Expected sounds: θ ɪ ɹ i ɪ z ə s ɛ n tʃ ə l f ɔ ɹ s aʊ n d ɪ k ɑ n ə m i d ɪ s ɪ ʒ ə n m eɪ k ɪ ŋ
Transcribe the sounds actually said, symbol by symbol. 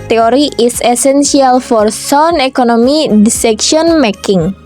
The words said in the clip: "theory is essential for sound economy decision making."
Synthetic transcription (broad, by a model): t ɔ ɹ i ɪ s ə s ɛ n s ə l f ɔ ɹ s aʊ n ɪ k ɑ n ə m i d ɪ s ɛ ʃ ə n m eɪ k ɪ ŋ